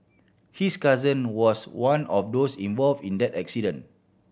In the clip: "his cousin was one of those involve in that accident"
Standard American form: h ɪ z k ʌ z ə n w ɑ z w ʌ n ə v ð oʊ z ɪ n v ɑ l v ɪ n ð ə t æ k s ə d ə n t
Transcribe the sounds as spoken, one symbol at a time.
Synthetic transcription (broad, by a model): h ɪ s k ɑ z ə n w ɑ s w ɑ n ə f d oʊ s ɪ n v ɑ l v ɪ n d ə t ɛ k s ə d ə n